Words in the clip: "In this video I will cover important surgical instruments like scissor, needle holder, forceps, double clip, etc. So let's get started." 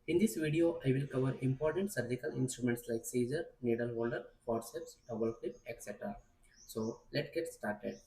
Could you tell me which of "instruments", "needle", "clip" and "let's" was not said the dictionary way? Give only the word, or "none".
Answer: let's